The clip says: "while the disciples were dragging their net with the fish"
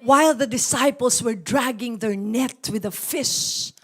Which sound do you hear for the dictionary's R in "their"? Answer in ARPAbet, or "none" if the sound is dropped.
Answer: R